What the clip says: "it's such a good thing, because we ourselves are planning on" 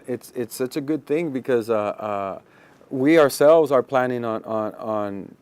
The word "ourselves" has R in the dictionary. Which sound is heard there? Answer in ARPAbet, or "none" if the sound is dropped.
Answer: R